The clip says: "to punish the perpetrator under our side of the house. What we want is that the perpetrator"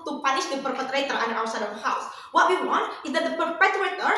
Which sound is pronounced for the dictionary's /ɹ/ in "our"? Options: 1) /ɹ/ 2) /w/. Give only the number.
2